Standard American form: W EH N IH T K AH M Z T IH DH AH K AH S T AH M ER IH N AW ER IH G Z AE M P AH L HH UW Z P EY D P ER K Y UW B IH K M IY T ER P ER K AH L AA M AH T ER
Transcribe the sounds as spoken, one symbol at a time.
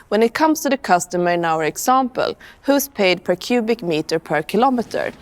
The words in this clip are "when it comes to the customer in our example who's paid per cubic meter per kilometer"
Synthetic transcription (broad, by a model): W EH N IH T K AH M S T IH DH AH K AH S T AH M ER IH N AW ER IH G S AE M P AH L HH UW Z P EY D P ER K Y UW B IH K M IY T ER P ER K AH L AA M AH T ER